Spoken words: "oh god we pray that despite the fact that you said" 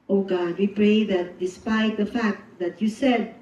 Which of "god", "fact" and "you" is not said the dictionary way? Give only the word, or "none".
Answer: none